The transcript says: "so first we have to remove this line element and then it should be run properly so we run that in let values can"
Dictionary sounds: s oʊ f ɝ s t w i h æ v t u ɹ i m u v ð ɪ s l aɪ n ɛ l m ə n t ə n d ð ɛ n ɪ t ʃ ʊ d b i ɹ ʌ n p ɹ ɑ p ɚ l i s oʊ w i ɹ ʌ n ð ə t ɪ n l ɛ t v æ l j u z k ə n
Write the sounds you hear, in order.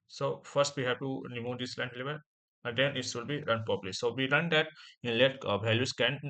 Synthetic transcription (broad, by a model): s oʊ f ɝ s t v i h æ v t u ɹ i m u v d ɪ s l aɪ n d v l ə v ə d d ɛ n ɪ t s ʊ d b i ɹ ʌ n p ɑ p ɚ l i s oʊ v i ɹ ʌ n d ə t ɪ n l ɛ t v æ l j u s k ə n